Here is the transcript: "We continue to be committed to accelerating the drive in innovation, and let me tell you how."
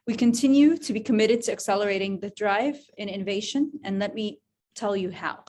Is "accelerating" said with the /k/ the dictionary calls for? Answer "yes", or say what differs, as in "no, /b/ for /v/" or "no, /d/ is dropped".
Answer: yes